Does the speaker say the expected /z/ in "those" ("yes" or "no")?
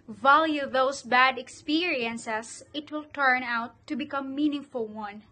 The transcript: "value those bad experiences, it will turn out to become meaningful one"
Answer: no